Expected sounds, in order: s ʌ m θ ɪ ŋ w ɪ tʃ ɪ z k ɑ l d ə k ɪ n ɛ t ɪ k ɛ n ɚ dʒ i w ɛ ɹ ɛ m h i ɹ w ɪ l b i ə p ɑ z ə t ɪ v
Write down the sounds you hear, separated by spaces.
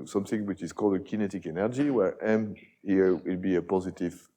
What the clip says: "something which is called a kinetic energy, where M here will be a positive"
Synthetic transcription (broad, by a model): s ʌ m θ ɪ ŋ w ɪ tʃ ɪ z k ɑ l d ə k ɪ n ɛ t ɪ k ɛ n ɚ dʒ i w ɛ ɹ ɛ m h i ɹ w ɪ l b i ə p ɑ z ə t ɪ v